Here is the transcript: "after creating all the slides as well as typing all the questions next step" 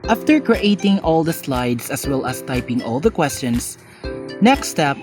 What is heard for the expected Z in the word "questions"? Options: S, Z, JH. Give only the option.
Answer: S